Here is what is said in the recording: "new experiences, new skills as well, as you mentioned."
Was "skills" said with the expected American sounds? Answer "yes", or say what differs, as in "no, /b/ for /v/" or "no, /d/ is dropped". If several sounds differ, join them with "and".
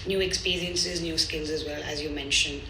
yes